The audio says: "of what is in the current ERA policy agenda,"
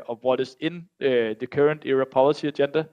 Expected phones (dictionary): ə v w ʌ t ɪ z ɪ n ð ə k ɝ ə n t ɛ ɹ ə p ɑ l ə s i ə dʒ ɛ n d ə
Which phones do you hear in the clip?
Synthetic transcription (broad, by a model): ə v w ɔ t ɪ s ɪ n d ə k ɝ ə n t ɛ ɹ ə p ɑ l ə s i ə dʒ ɛ n d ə